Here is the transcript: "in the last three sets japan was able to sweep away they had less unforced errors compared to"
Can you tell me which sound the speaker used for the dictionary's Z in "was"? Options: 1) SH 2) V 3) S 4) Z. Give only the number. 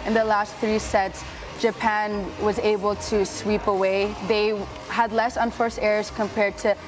4